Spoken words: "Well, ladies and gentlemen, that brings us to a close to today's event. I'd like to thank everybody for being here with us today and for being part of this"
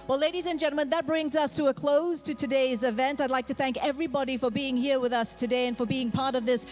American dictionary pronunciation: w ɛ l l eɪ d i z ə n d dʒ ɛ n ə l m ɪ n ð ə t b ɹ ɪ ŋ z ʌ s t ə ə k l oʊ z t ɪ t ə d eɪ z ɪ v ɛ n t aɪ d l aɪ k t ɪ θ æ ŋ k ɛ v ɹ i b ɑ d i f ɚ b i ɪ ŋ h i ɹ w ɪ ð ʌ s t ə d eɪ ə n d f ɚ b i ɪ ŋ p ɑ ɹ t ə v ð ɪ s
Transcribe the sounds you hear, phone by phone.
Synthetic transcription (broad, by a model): w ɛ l l eɪ d i z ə n dʒ ɛ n l m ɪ n ð ə t b ɹ ɪ ŋ z ʌ s t ə ə k l oʊ z t ɪ t ə d eɪ z ɪ v ɛ n t aɪ d l aɪ k t ɪ θ æ ŋ k ɛ v ɹ i b ɑ d i f ɚ b i ɪ ŋ h i ɹ w ɪ ð ʌ s t ə d eɪ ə n f ɚ b i ɪ ŋ p ɑ ɹ t ə v ð ɪ s